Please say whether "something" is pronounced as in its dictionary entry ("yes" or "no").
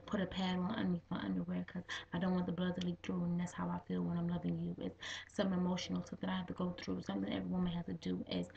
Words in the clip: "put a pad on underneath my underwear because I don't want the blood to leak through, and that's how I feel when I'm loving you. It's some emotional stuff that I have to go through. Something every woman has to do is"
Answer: yes